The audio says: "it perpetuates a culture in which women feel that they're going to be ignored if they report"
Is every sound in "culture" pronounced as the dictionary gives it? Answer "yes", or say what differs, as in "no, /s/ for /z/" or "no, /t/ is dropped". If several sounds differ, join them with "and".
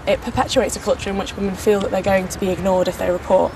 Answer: yes